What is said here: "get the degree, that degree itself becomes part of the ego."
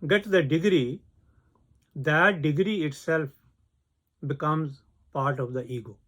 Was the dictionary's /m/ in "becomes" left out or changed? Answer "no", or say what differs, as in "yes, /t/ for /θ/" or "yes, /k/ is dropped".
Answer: no